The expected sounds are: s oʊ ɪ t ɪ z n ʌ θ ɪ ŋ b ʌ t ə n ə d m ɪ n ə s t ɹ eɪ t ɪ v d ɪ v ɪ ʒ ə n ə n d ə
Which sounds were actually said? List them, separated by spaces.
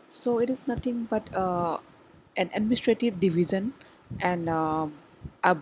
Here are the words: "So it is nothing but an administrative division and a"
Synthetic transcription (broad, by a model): s oʊ ɪ t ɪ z n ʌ t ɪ ŋ b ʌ t ə n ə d m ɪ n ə s t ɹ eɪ t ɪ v d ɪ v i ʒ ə n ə n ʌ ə